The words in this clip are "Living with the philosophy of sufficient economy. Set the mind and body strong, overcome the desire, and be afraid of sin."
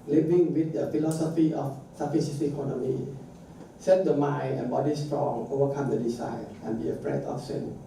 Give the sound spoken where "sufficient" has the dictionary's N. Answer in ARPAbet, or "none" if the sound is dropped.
none